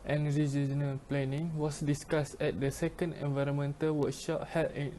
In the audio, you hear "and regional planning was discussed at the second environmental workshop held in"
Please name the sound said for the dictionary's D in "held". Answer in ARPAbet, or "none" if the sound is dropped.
none